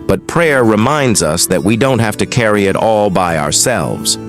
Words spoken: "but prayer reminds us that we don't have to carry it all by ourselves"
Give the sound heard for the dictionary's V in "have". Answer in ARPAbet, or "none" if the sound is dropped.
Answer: F